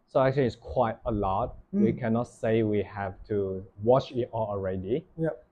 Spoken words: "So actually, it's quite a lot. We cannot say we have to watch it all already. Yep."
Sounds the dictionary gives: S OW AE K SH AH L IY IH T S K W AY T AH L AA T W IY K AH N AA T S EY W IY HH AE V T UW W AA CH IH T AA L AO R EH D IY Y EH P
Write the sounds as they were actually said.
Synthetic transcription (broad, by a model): S OW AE K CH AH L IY IH T S K W AY T AH L AA T W IY K AH N AA T S EY W IY HH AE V T UW W AA CH IH T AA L AO R EH D IY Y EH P